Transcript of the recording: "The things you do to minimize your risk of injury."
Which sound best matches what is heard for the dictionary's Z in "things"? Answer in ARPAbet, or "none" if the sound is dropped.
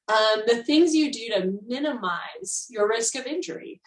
Z